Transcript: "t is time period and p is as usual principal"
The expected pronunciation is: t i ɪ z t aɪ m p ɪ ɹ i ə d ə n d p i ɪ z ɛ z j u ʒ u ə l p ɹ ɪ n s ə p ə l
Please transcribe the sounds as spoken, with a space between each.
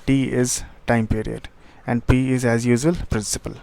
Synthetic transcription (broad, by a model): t i ɪ z t aɪ m p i ɹ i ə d ə n d p i ɪ z ɛ z j u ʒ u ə l p ɹ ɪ n s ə p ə l